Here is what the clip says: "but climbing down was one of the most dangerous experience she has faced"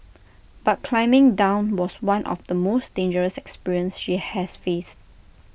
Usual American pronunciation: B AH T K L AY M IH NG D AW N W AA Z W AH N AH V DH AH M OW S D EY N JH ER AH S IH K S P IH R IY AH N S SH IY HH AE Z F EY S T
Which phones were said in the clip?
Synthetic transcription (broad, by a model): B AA T K L AY M IH NG D AW N W AA S W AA N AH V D AH M OW S D EY N JH ER AH S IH K S P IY R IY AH N S SH IY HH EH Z F EY S T